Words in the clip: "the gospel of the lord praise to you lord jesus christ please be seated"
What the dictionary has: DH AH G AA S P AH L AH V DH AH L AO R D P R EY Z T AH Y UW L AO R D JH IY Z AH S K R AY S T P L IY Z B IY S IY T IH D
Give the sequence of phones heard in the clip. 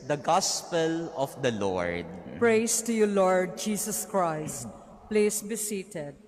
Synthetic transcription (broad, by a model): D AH G AA S P AH L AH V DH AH L AO R D P R EY S T AH Y UW L AO R D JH IY S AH S K R AY S T P L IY S B IY S IY T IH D